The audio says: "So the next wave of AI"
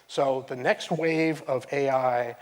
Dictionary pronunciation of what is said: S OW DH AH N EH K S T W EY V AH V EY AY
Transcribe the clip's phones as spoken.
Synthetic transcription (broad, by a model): S OW DH AH N EH K S T W EY V AH V EY AY